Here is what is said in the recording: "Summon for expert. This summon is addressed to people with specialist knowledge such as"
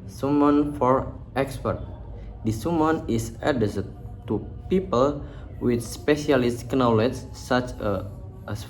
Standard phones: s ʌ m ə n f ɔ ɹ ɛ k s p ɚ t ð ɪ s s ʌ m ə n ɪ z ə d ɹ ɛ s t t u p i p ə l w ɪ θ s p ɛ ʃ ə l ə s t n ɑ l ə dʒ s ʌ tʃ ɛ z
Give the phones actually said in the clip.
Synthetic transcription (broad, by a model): s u m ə n f ɔ ɹ ɛ k s p ɚ t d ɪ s s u m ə n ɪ s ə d ɛ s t t u p i p ə l w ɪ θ s p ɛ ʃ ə l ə s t n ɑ l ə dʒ s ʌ tʃ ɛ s